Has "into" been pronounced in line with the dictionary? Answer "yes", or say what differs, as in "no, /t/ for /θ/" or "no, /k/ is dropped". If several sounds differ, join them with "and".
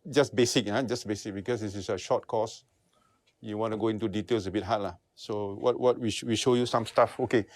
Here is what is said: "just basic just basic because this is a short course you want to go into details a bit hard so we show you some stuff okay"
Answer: yes